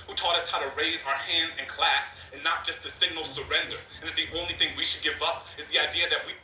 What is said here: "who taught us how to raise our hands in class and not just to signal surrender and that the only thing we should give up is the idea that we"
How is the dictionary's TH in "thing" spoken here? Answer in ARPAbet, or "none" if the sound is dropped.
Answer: TH